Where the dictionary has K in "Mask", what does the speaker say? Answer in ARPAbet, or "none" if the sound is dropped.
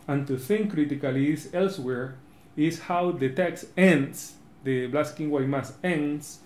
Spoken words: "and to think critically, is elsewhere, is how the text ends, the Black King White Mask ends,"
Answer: none